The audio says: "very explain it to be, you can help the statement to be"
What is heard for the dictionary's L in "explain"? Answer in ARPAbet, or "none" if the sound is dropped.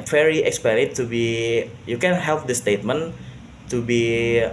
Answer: none